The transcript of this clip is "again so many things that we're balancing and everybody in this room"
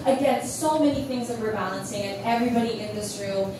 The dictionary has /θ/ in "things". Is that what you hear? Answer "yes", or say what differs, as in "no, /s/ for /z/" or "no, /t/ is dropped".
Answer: yes